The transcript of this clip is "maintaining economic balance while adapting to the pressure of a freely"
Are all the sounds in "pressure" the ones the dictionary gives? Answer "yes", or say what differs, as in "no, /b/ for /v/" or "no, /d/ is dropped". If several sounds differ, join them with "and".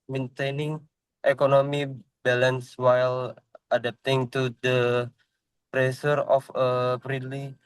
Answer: no, /s/ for /ʃ/